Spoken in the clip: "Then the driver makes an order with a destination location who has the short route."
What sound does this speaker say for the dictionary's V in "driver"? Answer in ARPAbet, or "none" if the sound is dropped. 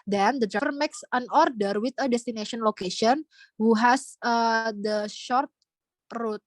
F